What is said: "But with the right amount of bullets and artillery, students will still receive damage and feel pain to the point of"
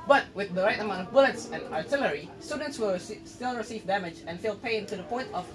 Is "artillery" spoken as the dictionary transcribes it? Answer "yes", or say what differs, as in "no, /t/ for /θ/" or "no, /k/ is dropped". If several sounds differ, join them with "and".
yes